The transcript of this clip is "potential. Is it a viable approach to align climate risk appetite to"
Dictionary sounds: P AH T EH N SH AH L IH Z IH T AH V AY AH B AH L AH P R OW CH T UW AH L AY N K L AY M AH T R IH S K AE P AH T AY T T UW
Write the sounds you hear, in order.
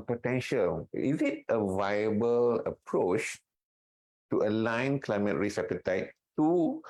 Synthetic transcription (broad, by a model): P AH T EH N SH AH L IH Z IH T AH V AY AH B AH L AH P R OW CH T UW AH L AY N K L AY M AH T R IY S EH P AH T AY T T UW